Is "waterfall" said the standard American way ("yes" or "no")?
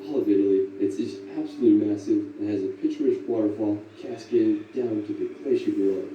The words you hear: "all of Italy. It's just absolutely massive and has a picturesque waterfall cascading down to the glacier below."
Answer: no